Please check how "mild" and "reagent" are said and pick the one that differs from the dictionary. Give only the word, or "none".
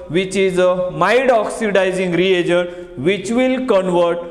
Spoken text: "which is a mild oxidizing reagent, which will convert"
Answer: mild